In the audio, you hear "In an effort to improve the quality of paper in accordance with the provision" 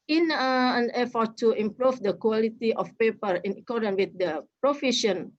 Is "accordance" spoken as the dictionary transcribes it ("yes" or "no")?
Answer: no